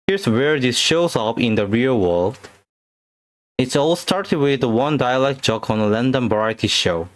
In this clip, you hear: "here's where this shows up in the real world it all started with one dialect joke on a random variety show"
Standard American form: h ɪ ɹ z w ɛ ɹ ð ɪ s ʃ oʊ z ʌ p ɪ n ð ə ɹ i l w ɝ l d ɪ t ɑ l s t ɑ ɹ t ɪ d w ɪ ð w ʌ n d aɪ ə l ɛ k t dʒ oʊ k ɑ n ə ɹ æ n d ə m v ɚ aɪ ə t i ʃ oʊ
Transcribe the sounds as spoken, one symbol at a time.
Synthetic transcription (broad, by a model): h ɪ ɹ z w ɛ ɹ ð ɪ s ʃ oʊ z ʌ p ɪ n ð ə ɹ i l w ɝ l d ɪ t ɑ l s t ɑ ɹ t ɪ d w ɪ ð w ʌ n d aɪ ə l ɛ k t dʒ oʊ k ɑ n ə l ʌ n d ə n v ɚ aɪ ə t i ʃ oʊ